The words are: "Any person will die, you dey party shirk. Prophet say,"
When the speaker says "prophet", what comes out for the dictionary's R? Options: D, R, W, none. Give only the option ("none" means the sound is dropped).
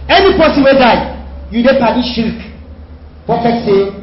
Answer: none